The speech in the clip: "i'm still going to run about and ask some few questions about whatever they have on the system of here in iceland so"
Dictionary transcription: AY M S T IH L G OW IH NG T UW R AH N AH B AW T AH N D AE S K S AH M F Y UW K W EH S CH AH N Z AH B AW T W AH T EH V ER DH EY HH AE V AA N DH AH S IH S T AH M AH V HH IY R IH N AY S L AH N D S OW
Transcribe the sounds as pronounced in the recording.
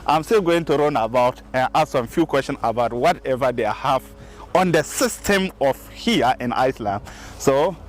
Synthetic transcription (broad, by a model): AY M S T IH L G OW IH NG T UW R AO N AH B AW T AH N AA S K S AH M F Y UW K W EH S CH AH N S AH B AW T W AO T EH V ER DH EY HH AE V AA N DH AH S IH S T AH M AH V HH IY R IH N AY S L AH N D S OW